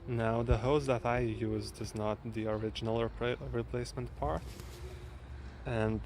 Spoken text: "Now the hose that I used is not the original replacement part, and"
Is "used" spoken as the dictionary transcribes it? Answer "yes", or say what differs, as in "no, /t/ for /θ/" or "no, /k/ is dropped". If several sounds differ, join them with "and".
yes